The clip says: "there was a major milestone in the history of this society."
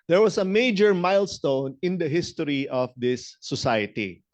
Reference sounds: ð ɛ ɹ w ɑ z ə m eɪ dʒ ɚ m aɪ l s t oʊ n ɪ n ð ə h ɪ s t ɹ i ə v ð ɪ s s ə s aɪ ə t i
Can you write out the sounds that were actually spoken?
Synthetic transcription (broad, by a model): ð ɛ ɹ w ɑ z ə m eɪ dʒ ɚ m aɪ l s t oʊ n ɪ n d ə h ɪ s t ɹ i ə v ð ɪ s s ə s aɪ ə t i